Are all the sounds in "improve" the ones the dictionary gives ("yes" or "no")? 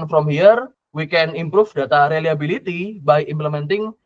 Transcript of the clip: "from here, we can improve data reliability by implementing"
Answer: no